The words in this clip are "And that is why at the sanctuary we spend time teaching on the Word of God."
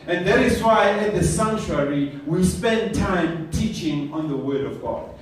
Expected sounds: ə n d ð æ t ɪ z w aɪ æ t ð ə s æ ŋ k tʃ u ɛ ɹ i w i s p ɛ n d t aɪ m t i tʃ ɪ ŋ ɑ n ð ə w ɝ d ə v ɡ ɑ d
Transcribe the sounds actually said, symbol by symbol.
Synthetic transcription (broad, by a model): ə n ð æ t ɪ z w aɪ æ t ð ə s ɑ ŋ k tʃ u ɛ ɹ i w i s p ɛ n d t aɪ m t i tʃ ɪ ŋ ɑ n ð ə w ɝ d ə v ɡ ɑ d